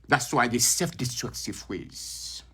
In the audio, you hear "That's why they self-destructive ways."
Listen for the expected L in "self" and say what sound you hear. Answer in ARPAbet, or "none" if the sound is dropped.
none